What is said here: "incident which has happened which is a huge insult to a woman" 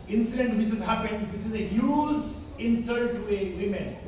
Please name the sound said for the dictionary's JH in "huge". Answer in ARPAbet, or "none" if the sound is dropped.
Z